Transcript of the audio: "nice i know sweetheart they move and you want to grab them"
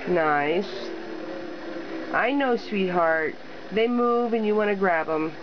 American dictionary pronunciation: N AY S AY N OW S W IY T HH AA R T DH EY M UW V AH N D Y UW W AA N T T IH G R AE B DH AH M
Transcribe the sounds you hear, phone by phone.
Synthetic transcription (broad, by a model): N AY S AY N OW S W IY T HH AA R T DH EY M UW V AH N Y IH W AA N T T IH G R AE B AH M